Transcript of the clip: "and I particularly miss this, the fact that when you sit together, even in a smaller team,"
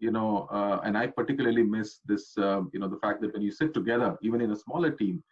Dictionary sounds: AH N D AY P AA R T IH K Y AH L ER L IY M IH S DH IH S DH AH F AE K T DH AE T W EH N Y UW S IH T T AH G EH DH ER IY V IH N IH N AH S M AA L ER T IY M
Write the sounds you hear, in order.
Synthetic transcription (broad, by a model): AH N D AY P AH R T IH K Y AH L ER L IY M IH S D IH S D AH F AE K T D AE T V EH N Y UW S IH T T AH G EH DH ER IY V IH N IH N AH S M AA L ER T IY M